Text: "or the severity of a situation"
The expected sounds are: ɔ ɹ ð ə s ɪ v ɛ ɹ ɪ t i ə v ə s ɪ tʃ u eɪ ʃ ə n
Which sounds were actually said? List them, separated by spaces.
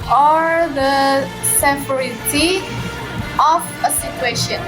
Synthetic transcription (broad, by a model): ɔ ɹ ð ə s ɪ f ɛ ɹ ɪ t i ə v ə s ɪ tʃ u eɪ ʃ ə n